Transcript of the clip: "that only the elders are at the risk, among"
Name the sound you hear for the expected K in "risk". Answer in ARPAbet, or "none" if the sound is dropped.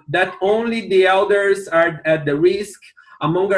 K